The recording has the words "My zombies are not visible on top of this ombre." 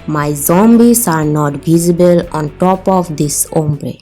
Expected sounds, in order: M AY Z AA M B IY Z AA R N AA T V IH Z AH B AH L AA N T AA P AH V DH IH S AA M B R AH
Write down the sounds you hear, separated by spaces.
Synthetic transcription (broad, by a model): M AY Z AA M B IY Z AA R N AA T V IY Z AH B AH L AA N T AA P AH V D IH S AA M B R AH